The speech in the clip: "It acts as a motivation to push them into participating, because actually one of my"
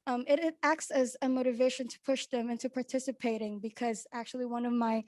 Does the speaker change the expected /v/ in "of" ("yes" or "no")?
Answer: no